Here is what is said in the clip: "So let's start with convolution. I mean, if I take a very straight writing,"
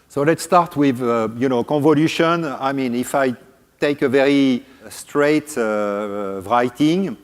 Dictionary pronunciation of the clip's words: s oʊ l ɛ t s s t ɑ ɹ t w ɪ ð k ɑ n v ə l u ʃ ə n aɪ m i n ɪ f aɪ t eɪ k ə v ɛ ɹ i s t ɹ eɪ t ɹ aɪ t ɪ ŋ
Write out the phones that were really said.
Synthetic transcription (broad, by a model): s oʊ l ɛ t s s t ɑ ɹ t w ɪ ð k ɑ n v ə l u ʃ ə n aɪ m i n ɪ f aɪ t eɪ k ə v ɛ ɹ i s t ɹ eɪ t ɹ aɪ t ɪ ŋ